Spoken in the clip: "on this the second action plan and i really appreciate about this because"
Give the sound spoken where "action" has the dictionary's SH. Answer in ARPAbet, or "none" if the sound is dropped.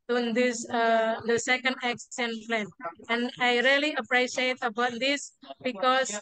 S